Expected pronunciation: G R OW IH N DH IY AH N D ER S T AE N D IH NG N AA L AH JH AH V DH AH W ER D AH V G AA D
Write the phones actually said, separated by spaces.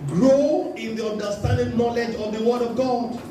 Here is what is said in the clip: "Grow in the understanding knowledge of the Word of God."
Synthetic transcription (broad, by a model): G R OW IH N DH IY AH N D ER S T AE N D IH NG N AA L AH JH AH V DH AH W ER D AH V G AA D